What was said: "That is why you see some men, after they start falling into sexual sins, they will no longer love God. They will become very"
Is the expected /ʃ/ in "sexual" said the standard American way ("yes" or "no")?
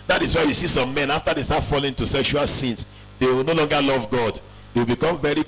yes